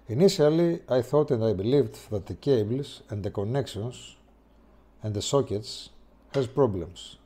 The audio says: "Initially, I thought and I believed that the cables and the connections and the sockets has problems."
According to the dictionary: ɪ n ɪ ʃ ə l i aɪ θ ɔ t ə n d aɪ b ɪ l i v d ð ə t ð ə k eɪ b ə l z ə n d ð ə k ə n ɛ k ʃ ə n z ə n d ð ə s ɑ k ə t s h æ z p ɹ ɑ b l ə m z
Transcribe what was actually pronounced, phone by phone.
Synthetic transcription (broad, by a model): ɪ n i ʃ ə l i aɪ θ ɔ t ə n d aɪ b ɪ l i v d ð ə t ð ə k eɪ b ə l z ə n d ð ə k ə n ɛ k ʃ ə n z ə n d ð ə s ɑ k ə t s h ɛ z p ɹ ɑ b l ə m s